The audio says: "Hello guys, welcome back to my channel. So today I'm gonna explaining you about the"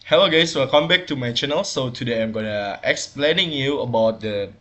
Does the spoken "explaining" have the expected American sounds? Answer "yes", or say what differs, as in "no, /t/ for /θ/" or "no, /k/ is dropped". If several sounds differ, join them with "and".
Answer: yes